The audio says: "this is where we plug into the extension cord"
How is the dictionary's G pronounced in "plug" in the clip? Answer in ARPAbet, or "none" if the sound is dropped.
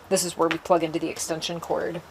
G